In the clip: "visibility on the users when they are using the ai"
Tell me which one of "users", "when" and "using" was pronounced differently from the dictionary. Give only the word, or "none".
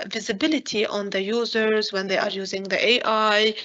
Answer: none